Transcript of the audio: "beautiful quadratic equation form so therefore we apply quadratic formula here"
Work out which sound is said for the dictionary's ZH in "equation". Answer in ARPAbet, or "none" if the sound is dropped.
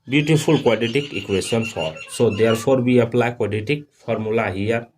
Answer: S